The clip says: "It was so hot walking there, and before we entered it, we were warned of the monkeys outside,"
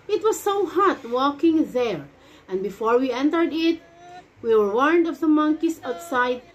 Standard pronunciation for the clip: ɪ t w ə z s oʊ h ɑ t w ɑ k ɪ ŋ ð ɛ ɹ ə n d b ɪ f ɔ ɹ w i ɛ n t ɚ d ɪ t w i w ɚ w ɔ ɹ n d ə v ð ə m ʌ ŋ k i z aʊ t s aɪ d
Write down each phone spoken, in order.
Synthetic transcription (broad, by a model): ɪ t w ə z s oʊ h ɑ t w ɑ k ɪ ŋ ð ɛ ɹ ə n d b ɪ f ɔ ɹ w i ɛ n t ɚ d ɪ t w i w ɚ w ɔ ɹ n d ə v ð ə m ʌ ŋ k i s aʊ t s aɪ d